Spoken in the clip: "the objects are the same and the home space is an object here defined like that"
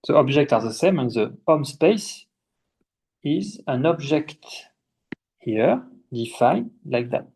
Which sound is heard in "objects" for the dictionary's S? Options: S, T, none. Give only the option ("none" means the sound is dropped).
none